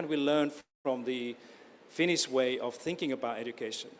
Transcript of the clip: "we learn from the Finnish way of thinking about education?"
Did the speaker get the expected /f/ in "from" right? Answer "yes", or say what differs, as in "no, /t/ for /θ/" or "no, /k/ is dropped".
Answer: yes